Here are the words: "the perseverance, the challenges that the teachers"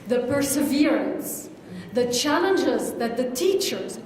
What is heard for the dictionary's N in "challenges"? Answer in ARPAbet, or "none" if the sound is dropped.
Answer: N